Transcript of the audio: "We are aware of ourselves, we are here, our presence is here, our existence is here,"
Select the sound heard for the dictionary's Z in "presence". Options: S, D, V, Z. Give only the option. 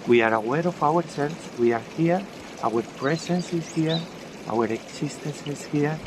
S